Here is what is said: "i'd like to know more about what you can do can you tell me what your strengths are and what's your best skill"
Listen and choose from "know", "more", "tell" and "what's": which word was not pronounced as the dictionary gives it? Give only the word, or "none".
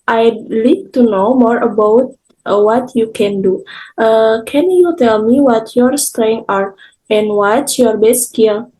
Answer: what's